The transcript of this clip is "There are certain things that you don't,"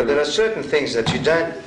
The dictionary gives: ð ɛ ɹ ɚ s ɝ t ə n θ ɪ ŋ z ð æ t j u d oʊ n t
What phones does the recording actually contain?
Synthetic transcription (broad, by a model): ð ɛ ɹ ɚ s ɝ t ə n θ ɪ ŋ z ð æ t j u d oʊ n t